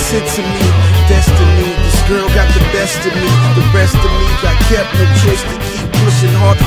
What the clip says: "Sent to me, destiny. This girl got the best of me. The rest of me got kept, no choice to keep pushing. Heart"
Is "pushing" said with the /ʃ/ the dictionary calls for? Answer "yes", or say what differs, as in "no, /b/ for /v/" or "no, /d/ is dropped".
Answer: no, /s/ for /ʃ/